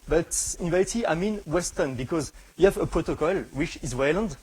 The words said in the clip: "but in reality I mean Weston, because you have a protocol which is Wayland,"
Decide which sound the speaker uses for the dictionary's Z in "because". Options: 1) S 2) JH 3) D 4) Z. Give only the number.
4